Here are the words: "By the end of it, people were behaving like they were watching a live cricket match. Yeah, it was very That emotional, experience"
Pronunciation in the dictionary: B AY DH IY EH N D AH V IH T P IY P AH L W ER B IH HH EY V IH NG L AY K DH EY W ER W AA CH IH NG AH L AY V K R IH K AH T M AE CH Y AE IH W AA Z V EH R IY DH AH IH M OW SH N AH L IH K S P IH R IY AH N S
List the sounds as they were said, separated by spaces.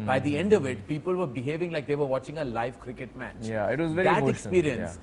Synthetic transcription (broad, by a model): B AY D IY EH N D AH V IH T P IY P AH L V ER B IH HH EY V IH NG L AY K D EY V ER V AA CH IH NG AH L AY V K R IH K AH T M AE CH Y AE IH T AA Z V EH R IY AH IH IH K S P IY R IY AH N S